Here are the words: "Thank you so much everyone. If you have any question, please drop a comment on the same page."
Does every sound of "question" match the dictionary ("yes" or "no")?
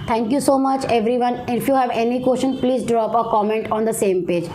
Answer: no